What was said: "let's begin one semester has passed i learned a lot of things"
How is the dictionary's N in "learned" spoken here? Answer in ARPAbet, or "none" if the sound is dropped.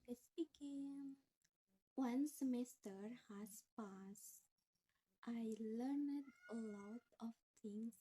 N